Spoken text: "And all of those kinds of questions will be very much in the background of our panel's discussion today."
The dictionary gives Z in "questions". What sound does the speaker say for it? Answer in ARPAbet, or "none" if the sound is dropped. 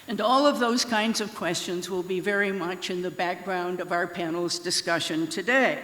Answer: Z